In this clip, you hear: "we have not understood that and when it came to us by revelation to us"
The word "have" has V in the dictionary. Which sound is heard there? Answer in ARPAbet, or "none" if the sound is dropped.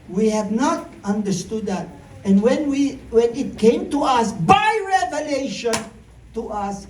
V